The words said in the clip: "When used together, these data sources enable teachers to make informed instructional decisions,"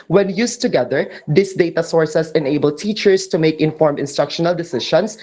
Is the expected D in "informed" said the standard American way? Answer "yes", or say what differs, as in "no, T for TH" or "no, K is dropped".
no, D is dropped